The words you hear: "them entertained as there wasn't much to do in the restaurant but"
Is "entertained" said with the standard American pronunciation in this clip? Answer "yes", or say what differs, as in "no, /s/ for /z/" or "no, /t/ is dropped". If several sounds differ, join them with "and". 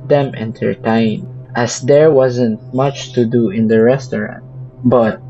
no, /d/ is dropped